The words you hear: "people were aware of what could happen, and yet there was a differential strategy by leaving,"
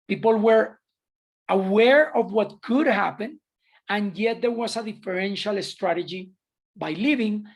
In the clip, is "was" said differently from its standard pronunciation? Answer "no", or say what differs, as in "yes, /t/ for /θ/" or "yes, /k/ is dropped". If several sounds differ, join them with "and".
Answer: yes, /s/ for /z/